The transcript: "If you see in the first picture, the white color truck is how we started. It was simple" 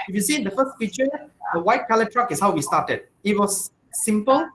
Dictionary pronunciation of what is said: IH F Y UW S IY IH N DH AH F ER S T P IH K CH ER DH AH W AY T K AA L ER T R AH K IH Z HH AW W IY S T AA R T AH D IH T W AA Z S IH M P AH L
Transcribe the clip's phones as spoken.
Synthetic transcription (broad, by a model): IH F Y UW S IY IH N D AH F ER S T F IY CH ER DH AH W AY T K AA L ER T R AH K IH S HH AW W IY S T AA T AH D IH T W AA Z S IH M P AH L